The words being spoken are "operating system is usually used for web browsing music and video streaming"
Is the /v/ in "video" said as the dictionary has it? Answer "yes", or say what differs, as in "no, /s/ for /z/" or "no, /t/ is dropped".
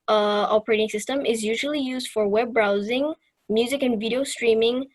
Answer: yes